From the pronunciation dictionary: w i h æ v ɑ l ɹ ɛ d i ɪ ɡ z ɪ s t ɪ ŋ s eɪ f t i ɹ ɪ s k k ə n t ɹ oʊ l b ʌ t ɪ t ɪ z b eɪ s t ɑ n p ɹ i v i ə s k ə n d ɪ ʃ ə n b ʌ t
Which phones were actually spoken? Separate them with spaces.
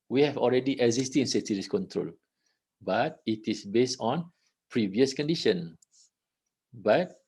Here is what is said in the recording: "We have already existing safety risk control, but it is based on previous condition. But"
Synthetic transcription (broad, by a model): w i h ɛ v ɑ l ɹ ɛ d i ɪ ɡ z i s t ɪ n s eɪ t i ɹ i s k k ə n t ɹ oʊ l b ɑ t ɪ t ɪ s b eɪ s t ɑ n p ɹ i v i ə s k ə n d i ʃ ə n b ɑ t